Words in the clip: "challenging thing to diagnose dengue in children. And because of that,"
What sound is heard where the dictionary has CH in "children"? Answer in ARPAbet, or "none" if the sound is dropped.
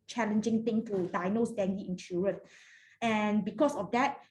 SH